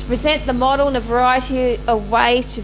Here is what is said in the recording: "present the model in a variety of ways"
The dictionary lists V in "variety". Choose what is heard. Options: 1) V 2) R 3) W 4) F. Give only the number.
1